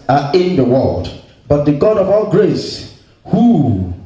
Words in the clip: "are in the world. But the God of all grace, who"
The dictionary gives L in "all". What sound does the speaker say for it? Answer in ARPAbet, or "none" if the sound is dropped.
L